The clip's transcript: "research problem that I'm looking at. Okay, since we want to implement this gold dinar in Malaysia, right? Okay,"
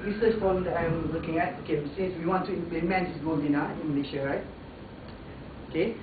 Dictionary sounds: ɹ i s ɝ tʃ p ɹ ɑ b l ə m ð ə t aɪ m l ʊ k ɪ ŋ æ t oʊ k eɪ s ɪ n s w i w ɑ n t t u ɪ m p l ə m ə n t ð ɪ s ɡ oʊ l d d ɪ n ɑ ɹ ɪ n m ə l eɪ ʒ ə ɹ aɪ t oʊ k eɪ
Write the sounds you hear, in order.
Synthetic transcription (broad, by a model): ɹ i s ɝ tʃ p ɑ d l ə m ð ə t aɪ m l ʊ k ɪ ŋ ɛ t oʊ k eɪ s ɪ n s w i w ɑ n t t u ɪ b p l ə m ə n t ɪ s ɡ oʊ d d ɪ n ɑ ɪ n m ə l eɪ ʃ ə ɹ aɪ t oʊ k eɪ